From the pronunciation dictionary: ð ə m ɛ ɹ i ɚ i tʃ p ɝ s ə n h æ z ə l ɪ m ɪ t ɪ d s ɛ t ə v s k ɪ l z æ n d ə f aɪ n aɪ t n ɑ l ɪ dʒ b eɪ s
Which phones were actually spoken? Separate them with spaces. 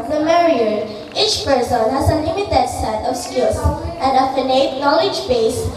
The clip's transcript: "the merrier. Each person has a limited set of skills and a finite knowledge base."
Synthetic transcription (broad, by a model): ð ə m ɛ ɹ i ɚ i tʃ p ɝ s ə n h æ z ə n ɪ m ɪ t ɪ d s ɛ t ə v s k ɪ l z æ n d ə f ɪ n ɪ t n ɑ l ɪ dʒ b eɪ s